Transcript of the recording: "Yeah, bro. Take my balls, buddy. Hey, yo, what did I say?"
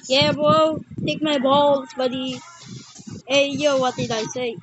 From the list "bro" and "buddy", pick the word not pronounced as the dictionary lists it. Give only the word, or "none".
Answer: bro